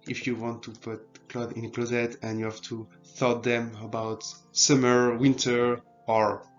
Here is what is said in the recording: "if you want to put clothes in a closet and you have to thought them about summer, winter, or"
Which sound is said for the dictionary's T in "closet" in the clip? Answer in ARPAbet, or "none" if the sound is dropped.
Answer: T